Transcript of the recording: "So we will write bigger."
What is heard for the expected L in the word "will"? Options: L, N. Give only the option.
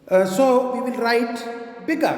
L